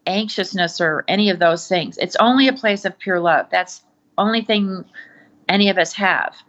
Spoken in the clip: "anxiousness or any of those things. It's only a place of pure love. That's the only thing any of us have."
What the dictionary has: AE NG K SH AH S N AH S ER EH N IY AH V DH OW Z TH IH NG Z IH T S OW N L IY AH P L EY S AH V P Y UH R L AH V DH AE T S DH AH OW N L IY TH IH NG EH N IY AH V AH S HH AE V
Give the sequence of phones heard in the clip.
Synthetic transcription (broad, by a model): AE NG K SH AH S N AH S ER EH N IY AH V DH OW Z TH IH NG Z IH T S OW N L IY AH P L EY S AH V P Y UH R L AH V DH AE T S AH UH N L IY TH IH NG EH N IY AH V AH S HH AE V